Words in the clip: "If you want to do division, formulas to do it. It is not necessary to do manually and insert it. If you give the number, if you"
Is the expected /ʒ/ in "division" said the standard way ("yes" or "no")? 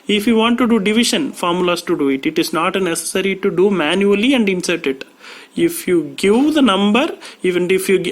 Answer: no